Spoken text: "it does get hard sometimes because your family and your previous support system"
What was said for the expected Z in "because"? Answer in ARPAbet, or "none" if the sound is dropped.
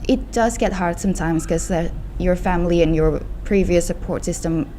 none